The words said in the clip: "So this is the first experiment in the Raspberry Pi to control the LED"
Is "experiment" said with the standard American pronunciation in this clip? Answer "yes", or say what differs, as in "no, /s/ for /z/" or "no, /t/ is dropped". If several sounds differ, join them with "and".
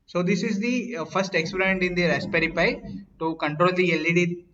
no, /m/ is dropped